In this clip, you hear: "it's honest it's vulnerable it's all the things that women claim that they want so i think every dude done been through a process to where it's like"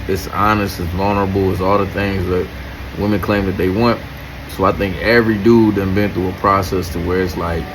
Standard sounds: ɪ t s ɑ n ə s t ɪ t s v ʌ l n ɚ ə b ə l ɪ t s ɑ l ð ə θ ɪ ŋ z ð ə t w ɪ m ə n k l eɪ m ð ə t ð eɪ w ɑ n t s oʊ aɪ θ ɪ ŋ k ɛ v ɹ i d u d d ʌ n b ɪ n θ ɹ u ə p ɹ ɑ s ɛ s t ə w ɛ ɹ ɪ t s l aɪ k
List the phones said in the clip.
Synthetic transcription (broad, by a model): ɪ t s ɑ n ə s t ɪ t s v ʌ l n ɚ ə b l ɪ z ɑ l ð ə θ ɪ ŋ z ð ə t w ɪ m ə n k l eɪ m ð ə t ð eɪ w ɑ n t s oʊ aɪ θ ɪ ŋ k ɛ v ɹ i d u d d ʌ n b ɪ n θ u ə p ɹ ɑ s ɛ s t ə w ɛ ɹ ɪ t s l aɪ k